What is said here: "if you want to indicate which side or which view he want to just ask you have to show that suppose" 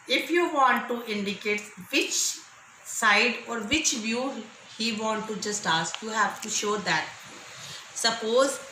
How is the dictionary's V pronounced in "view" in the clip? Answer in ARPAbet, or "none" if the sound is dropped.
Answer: V